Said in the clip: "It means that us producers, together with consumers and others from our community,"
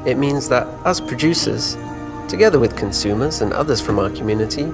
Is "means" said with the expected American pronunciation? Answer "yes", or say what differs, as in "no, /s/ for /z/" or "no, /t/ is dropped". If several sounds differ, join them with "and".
yes